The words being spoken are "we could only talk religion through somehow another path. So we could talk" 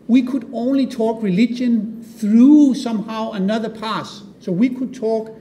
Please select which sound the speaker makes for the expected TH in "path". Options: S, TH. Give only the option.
S